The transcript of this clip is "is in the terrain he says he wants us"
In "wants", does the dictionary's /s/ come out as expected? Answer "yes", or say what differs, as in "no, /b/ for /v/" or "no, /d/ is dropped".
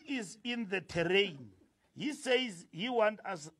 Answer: no, /s/ is dropped